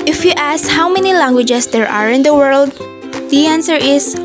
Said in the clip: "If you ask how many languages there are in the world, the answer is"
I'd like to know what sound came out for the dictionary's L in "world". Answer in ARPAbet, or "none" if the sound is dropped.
L